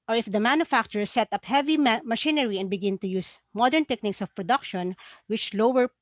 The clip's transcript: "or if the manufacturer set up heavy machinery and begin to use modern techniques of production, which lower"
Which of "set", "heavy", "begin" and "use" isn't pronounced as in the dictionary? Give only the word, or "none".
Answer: none